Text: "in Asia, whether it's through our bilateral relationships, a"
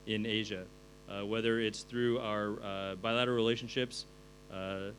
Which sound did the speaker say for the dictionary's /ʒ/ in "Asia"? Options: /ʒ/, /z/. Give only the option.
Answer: /ʒ/